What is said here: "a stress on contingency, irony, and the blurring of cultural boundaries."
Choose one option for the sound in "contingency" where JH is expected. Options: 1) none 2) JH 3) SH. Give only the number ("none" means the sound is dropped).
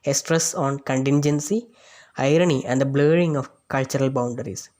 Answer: 2